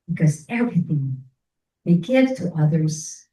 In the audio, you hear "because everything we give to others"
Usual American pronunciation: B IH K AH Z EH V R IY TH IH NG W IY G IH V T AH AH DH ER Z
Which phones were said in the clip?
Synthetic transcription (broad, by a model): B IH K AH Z EH V R IY TH IH NG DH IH G IH V T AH AH DH ER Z